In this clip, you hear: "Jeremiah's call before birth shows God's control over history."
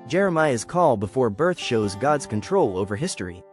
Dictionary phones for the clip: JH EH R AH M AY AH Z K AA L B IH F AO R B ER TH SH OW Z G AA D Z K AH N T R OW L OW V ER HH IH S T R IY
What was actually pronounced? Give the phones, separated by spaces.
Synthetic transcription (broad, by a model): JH EH R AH M AY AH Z K AA L B IH F AO R B ER TH SH OW Z G AA D Z K AH N T R OW L OW V ER HH IH S T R IY